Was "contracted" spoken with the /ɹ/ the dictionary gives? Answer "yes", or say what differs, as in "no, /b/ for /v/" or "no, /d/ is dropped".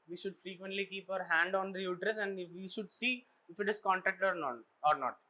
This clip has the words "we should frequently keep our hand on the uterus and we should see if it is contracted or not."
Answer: no, /ɹ/ is dropped